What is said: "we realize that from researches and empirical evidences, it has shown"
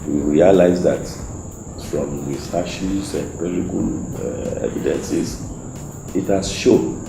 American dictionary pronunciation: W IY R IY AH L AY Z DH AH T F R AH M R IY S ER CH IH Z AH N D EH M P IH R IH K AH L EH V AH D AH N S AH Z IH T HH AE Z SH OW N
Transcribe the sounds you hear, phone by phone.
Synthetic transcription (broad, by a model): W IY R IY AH L AY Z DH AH T F R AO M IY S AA SH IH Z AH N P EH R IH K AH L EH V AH D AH N S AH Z IH T HH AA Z SH OW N